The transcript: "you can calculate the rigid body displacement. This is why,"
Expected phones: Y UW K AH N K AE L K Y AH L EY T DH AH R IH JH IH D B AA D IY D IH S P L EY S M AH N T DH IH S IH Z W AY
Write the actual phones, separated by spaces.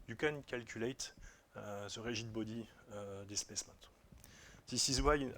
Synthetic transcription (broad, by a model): Y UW K AH N K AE L K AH L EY T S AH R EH ZH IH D B AA D IY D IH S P EY S M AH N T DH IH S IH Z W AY